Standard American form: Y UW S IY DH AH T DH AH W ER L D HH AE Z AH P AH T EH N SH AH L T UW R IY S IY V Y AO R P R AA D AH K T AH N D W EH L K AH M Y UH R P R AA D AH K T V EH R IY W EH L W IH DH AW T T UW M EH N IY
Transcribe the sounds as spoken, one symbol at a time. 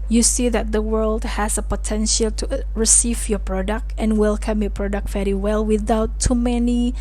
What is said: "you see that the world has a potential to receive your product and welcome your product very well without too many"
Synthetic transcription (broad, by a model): Y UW S IY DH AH T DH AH W ER L D HH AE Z AH P AH T EH N SH AH L T UW R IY S IY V Y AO P R AA D AH K T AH N W EH L K AH M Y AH P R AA D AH K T V EH R IY W EH L W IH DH AW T T UW M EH N IY